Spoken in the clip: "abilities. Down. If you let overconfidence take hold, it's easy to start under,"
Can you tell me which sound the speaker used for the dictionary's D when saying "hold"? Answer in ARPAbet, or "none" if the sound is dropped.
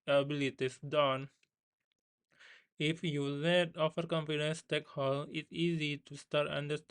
none